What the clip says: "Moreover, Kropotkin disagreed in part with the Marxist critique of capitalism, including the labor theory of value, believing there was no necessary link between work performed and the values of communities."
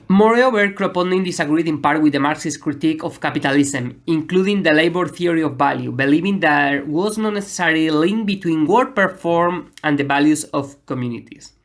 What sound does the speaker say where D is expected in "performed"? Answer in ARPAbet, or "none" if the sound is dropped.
none